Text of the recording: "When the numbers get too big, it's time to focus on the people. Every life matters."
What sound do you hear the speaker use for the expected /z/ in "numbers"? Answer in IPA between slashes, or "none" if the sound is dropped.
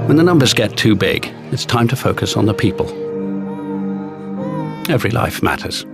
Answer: /z/